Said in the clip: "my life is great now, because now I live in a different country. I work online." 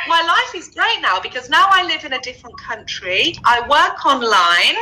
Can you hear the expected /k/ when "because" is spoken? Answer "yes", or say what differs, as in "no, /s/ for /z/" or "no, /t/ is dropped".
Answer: yes